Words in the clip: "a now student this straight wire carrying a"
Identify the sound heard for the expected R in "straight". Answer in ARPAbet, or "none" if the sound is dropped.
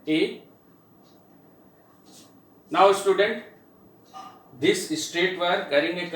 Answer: R